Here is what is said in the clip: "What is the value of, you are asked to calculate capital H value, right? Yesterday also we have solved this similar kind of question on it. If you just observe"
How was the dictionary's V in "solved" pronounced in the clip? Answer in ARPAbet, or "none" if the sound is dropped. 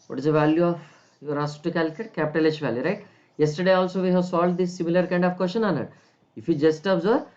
none